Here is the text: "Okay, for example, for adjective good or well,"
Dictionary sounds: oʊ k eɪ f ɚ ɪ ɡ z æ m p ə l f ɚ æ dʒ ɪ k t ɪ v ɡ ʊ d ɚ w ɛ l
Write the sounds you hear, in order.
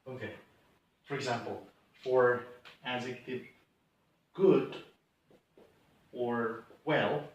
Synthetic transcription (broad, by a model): oʊ k eɪ f ɚ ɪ ɡ z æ m p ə l f ɚ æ z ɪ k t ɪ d ɡ ʊ d ɚ w ɛ l